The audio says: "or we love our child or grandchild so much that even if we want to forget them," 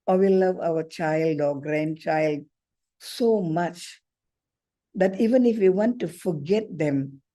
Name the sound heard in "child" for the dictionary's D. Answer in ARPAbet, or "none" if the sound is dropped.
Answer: D